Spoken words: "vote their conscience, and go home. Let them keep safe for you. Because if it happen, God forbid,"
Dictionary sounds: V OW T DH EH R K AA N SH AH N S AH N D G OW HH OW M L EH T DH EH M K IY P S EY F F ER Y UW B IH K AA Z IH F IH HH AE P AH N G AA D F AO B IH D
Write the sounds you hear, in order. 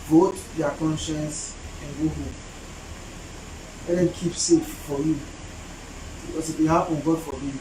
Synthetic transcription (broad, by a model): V OW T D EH K AA N SH AH N S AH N G OW HH OW M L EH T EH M K IY P S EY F F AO Y UW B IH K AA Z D IH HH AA AH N G AA D F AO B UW